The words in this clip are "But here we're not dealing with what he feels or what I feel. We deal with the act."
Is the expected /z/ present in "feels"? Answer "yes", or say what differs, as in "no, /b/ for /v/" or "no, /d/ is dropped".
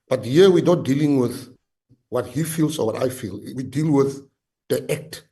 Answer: no, /s/ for /z/